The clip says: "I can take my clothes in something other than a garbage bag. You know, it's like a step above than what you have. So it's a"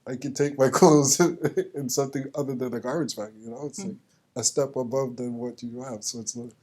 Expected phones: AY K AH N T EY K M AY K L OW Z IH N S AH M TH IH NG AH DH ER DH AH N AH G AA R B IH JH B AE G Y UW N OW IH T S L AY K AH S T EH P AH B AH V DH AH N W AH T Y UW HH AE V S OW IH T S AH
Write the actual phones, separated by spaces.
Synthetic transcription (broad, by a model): AY K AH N T EY K M AY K OW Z IH N S AH M TH IH NG AH DH ER DH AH N AH G AA R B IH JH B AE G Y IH N OW IH T S L AY K AH S T EH P AH B AH V DH AH N W AH T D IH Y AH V S OW IH T S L